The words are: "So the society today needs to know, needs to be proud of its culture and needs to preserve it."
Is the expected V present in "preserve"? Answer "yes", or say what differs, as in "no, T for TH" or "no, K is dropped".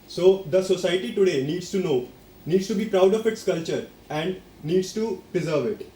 yes